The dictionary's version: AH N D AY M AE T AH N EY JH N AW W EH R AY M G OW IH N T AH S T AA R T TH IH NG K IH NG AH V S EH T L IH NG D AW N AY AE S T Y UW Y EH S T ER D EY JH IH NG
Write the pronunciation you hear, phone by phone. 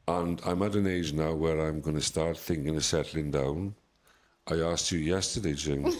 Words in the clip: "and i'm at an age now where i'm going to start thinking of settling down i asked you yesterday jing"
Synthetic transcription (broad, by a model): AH N AY M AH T AH N EY JH N AW W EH R AY M G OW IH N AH S T AA R T TH IH NG K IH NG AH S EH T L IH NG D AW N AY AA S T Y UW Y EH S T ER D EY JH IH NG